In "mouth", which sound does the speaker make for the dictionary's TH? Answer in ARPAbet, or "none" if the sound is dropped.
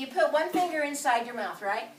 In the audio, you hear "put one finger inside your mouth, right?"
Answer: TH